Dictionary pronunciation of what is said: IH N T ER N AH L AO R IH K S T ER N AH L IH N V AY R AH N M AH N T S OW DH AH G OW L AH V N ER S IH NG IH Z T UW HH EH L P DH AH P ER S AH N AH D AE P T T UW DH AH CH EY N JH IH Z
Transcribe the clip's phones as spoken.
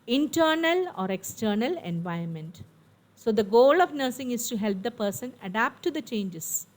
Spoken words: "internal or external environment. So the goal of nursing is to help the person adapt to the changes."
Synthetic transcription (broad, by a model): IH N T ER N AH L AO R IH K S T ER N AH L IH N V AY AH N M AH N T S OW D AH G OW L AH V N ER S IH NG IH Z T UW HH EH L P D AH P ER S AH N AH D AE P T T UW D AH CH EY N JH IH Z